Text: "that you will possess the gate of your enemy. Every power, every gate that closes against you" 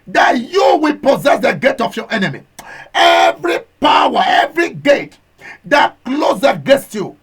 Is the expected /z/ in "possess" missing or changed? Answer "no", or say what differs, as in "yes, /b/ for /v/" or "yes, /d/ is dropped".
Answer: no